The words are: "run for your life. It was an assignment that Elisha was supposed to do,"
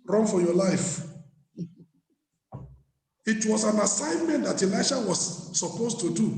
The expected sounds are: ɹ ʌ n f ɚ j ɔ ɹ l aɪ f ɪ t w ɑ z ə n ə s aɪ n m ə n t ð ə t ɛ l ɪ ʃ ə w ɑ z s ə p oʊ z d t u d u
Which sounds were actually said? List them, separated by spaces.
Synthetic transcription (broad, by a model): ɹ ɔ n f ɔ j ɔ l aɪ f ɪ t w ɑ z ə n ə s aɪ n m ə n t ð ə t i l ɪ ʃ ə w ɑ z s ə p oʊ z t u d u